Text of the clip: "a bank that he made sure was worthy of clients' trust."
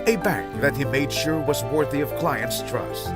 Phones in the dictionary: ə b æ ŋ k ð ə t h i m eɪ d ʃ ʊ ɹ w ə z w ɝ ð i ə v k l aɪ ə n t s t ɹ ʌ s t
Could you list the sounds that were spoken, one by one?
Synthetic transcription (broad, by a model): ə b æ ŋ k ð ə t h i m eɪ d ʃ ʊ ɹ w ə z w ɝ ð i ə v k l aɪ ə n t s t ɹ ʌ s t